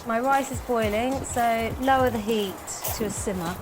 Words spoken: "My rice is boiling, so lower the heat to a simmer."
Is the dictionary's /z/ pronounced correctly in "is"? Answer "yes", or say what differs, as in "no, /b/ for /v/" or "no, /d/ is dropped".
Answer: yes